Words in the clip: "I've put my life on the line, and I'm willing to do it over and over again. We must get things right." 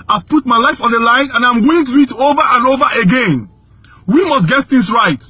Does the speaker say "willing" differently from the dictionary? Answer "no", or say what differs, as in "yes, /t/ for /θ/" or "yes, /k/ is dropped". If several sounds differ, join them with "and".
yes, /l/ is dropped